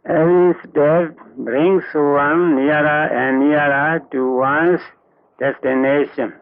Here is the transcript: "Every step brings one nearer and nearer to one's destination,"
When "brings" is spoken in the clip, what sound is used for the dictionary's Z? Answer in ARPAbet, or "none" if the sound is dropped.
S